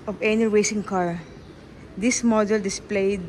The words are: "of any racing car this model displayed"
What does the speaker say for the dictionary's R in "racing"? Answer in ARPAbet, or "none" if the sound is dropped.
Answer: W